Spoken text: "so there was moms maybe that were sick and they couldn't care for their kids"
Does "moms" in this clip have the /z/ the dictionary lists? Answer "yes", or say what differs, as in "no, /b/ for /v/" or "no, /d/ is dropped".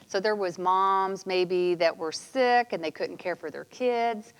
yes